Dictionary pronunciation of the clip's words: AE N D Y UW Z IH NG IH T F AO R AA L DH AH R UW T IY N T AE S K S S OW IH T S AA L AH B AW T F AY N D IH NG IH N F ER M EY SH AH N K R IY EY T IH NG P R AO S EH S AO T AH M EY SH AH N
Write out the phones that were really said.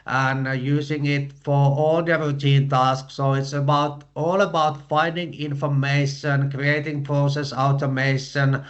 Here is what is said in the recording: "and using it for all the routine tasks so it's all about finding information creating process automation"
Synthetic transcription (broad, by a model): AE N Y UW S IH NG IH T F AO R AA L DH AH R UW T IY N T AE S K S S OW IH T S AA L AH B AW T F AY N D IH NG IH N F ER M EY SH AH N K R IY EY T IH NG P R AO S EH S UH T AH M EY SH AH N